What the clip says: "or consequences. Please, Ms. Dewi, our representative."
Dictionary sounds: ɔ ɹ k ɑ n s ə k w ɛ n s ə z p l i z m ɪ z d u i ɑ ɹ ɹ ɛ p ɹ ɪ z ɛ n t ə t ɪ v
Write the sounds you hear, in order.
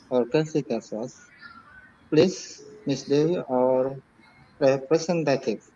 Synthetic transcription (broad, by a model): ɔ ɹ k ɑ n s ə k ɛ s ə s p l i s m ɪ s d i ɑ ɹ ɹ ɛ p ɹ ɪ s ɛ n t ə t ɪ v